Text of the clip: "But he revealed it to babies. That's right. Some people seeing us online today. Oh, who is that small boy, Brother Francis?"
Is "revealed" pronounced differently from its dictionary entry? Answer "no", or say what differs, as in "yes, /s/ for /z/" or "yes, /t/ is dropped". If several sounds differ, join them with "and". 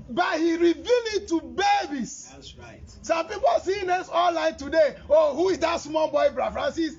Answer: yes, /d/ is dropped